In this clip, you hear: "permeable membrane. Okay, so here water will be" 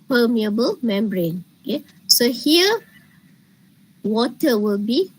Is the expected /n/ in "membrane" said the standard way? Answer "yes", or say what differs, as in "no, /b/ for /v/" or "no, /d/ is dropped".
yes